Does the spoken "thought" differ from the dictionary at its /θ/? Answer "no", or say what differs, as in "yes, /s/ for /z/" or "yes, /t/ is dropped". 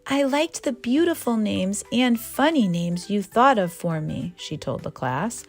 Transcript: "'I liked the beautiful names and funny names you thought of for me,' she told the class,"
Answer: no